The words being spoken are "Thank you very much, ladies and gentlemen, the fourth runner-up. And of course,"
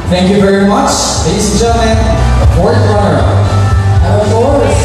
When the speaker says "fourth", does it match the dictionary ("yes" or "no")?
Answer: no